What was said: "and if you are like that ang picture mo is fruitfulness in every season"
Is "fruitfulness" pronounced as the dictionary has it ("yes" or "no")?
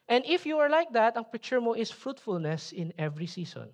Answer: yes